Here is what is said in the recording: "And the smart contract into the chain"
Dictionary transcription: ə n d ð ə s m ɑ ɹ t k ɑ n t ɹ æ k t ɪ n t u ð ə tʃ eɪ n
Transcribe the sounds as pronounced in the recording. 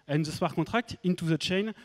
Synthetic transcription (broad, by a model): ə n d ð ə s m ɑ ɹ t k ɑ t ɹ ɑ k t ɪ n t u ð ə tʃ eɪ n